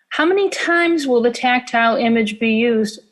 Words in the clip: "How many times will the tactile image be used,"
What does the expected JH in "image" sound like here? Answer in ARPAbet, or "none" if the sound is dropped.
JH